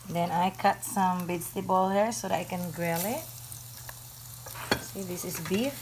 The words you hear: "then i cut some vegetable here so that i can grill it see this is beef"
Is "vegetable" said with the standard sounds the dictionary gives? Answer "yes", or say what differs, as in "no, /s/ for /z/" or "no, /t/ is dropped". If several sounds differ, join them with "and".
no, /b/ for /v/